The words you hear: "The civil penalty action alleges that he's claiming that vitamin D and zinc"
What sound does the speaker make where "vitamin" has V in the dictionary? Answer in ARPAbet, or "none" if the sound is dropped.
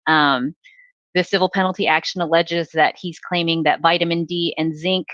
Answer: V